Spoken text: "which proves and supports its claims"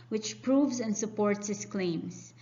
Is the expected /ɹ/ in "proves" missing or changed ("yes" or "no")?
no